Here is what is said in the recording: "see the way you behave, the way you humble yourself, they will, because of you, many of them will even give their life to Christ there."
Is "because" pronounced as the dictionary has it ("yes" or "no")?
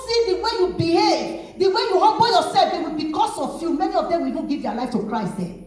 no